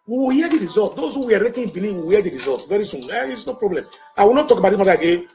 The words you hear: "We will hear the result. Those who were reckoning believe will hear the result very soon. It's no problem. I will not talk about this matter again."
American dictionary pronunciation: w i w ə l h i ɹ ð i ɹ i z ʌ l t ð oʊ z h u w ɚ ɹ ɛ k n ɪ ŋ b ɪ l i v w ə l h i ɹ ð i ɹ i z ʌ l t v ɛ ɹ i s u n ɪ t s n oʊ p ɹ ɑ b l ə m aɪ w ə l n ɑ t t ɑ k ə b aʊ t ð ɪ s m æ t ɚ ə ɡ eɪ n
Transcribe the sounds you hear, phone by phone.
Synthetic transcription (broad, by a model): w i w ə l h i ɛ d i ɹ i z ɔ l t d oʊ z h u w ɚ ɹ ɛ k ɪ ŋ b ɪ n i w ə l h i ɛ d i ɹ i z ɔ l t v ɛ ɹ i s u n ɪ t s n oʊ p ɹ ɑ b l ə m aɪ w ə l n ɑ t t ɑ k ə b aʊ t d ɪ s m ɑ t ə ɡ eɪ